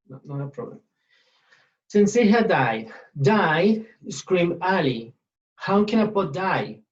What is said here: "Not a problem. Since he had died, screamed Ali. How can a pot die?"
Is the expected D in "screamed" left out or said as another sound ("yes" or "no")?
yes